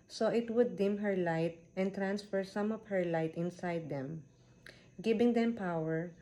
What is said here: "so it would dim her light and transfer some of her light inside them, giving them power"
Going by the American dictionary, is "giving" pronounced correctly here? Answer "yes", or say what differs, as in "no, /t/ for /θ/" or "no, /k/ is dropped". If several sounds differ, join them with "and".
no, /b/ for /v/